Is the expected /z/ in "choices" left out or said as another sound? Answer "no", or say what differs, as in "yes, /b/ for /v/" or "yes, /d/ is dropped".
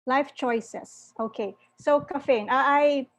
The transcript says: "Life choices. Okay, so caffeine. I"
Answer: yes, /s/ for /z/